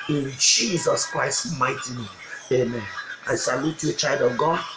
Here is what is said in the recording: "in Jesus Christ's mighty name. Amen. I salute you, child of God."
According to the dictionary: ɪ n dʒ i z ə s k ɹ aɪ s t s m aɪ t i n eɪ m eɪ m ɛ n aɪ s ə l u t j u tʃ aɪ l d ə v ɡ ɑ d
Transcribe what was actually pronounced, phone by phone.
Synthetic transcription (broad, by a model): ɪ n dʒ i z ə s k ɹ aɪ s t m aɪ t i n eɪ eɪ m ɛ n aɪ s ə l u t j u tʃ aɪ l d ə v ɡ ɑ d